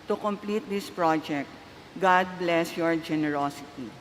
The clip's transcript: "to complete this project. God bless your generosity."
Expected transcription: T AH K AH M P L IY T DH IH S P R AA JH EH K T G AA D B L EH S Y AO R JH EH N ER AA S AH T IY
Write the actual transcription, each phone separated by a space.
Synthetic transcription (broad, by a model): T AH K AH M P L IY T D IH S P R AA JH EH K T G AA D B L EH S Y AO R JH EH N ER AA S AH T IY